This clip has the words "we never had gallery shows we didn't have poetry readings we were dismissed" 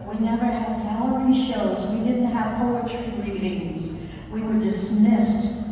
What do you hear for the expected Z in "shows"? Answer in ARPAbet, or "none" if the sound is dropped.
Z